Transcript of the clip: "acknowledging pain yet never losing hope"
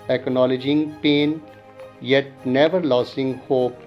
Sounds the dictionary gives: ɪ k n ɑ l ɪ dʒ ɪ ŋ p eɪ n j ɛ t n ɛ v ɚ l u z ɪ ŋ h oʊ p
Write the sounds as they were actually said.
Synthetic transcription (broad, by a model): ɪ k n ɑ l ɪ dʒ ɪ ŋ p eɪ n j ɛ t n ɛ v ɚ l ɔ s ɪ ŋ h oʊ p